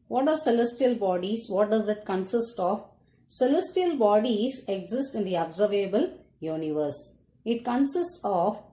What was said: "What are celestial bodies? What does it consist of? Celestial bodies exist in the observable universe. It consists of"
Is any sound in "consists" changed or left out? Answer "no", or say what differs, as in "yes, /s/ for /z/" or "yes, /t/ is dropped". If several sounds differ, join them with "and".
no